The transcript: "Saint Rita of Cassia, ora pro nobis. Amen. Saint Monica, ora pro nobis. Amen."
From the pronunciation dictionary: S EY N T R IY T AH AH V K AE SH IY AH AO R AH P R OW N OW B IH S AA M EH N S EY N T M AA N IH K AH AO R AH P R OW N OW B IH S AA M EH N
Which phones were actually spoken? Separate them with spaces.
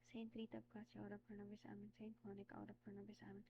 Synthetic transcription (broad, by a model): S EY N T R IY T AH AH B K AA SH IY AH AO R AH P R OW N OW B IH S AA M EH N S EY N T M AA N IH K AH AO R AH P R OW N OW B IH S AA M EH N